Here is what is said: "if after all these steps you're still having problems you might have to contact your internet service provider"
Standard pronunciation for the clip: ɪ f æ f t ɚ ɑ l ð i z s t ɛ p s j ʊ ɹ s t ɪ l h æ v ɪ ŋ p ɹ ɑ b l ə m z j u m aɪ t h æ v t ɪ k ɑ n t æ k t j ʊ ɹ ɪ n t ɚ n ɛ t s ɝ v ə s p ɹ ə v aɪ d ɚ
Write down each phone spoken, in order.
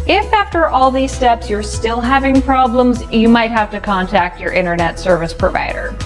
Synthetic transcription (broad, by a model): ɪ f æ f t ɚ ɑ l ð i z s t ɛ p s j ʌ ɹ s t ɪ l h æ v ɪ ŋ p ɹ ɑ b l ə m z j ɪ m aɪ t h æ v t ɪ k ɑ n t æ k t j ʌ ɹ ɪ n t ɚ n ɛ t s ɝ v ə s p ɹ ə v aɪ d ɚ